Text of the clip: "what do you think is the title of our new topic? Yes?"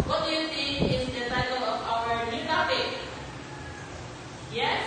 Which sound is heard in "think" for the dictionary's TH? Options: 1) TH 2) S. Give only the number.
2